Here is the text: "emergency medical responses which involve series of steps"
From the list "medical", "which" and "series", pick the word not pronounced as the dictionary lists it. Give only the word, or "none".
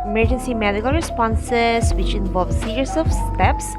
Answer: series